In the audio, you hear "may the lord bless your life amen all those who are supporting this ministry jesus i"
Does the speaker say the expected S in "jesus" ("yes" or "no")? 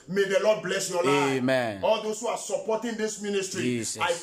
no